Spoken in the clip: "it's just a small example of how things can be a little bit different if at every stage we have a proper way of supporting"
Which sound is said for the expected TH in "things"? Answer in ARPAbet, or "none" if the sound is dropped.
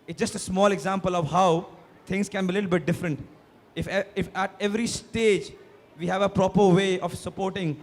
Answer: T